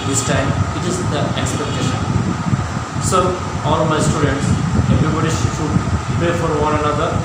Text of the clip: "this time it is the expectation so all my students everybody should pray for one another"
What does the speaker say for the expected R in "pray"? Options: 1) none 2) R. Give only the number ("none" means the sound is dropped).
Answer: 1